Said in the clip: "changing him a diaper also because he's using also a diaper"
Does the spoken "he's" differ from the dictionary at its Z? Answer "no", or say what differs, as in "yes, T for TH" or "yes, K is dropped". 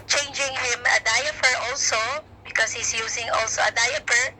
yes, S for Z